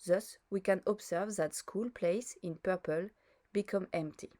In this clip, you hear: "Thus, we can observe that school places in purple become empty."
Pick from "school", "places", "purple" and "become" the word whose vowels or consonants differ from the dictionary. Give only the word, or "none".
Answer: places